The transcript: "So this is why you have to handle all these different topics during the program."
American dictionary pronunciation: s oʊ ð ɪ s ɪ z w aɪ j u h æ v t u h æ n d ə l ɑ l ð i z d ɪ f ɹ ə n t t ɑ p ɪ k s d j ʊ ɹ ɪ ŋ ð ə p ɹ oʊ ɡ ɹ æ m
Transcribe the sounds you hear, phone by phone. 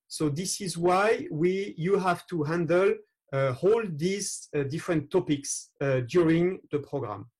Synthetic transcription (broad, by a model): s oʊ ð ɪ s ɪ z w aɪ j u h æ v t u h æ n d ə l ɑ l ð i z d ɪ f ɹ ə n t t ɑ p ɪ k s d j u ɹ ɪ ŋ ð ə p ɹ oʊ ɡ ɹ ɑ m